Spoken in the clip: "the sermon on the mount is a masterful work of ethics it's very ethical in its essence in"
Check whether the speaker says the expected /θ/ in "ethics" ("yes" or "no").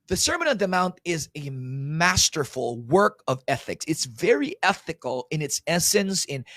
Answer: yes